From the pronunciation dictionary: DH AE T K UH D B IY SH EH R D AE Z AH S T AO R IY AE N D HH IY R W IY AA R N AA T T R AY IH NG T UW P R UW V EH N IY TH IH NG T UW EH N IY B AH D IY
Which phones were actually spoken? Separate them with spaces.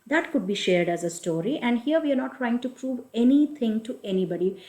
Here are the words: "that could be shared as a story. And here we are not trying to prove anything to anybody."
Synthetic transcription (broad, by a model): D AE T K UH D B IY SH EH R D AE Z AH S T AO R IY AE N D HH IY R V IY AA R N AA T T R AY IH NG T UW P R UW V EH N IY T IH NG T UW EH N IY B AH D IY